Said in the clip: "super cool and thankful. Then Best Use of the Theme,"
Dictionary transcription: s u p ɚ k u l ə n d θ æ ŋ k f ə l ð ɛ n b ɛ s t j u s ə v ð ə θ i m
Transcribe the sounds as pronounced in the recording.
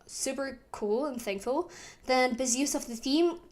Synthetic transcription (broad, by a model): s u p ɚ k u l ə n θ æ ŋ k f ə l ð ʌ n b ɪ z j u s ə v ð ə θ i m